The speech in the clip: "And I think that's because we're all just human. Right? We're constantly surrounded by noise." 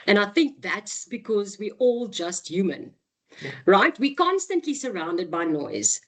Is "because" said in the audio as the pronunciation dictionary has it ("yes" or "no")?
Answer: yes